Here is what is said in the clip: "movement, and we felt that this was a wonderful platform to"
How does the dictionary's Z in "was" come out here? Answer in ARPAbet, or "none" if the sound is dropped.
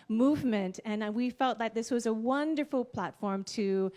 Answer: Z